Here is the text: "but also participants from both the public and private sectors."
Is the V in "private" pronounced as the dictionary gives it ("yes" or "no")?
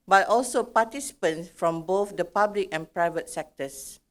yes